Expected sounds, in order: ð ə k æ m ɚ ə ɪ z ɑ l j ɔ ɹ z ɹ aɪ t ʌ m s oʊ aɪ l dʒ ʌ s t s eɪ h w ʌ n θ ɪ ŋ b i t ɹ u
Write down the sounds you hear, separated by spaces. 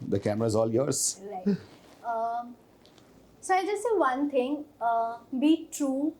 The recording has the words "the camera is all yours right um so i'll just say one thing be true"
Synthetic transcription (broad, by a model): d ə k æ m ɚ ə ɪ z ɑ l j ɔ ɹ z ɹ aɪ ʌ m s oʊ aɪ dʒ ʌ s t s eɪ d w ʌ n t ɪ ŋ b i t ɹ u